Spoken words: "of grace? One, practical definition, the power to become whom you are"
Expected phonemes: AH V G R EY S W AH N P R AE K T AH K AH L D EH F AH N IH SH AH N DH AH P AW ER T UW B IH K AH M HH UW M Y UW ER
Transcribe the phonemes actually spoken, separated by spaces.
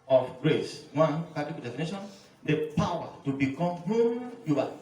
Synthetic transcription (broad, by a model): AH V G R EY S W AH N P AA T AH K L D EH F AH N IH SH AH N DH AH P AW ER T UW B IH K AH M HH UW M Y UW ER